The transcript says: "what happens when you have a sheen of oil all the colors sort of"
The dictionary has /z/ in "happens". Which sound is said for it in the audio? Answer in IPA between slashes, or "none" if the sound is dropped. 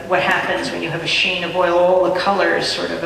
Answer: /z/